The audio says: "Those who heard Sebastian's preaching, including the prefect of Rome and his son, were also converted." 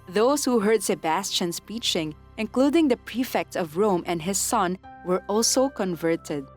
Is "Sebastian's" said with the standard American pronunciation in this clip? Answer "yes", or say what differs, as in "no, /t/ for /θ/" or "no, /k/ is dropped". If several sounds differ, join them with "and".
no, /s/ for /z/